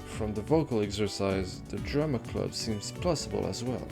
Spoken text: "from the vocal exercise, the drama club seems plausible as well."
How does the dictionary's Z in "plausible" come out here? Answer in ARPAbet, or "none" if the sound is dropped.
S